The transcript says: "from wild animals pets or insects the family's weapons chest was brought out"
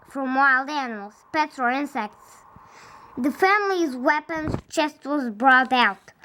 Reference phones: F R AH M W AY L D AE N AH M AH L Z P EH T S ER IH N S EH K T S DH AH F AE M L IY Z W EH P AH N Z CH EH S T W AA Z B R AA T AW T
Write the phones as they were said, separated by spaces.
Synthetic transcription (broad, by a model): F R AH M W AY L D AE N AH M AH L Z P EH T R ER IH N S EH K T S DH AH F AE M L IY Z W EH P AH N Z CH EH S T W AA Z B R AA T AW T